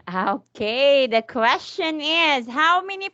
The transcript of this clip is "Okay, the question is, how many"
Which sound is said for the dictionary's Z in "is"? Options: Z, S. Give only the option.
Z